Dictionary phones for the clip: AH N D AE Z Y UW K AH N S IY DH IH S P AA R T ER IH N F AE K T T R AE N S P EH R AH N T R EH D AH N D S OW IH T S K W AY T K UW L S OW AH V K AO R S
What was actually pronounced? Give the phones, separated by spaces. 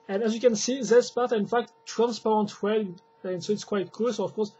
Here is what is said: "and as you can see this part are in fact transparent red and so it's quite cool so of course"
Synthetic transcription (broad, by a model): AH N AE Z Y UW K AH N S IY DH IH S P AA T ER IH N F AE K T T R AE N S P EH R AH N T W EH AH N S OW IH T S K W AY T K UW L S OW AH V K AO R S